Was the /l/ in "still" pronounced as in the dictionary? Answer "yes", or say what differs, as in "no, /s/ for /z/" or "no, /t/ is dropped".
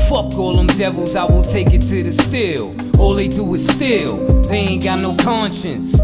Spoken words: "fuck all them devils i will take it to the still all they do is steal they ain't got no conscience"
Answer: yes